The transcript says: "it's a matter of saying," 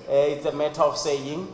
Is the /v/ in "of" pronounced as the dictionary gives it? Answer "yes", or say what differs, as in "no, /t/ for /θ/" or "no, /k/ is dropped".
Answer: no, /f/ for /v/